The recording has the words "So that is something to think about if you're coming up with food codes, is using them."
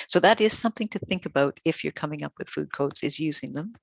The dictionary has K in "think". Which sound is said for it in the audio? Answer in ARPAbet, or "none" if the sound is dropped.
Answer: K